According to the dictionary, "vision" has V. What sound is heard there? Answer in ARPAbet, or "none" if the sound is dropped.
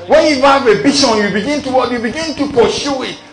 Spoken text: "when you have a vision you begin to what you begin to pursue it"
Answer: B